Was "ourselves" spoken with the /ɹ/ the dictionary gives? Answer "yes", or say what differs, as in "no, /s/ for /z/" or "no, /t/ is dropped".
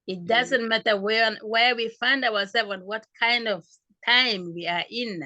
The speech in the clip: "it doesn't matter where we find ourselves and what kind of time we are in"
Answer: no, /w/ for /ɹ/